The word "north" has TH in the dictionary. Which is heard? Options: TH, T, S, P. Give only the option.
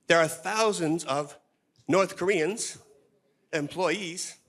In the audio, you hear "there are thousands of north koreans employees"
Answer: TH